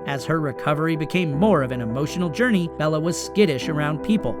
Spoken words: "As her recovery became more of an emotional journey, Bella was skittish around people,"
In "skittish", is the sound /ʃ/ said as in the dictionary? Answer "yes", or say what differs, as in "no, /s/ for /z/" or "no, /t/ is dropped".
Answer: yes